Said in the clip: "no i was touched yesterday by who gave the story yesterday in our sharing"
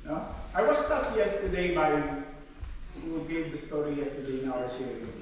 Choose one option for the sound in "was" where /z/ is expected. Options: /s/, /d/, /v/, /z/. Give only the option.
/s/